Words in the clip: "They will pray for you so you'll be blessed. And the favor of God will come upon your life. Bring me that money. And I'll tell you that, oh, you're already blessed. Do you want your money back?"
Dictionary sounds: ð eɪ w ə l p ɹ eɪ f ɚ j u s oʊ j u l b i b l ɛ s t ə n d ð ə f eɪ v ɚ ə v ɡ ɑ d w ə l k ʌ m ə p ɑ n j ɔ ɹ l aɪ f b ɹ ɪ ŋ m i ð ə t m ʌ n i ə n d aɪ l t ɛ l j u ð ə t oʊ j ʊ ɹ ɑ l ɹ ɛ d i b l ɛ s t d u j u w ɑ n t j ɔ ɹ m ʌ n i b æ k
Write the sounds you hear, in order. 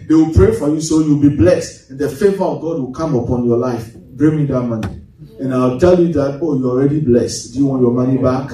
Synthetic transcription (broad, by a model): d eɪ w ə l p ɹ eɪ f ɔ j u s oʊ j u w b i b l ɛ s t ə n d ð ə f eɪ v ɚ ə v ɡ ɑ d w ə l k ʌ m ə p ɑ n j ɔ l aɪ f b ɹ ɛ m i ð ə t m ʌ n i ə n aɪ w t ɛ l j u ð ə t oʊ j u ɑ l ɹ ɛ d i b l ɛ s t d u j u w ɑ n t j ɔ m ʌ n i b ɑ k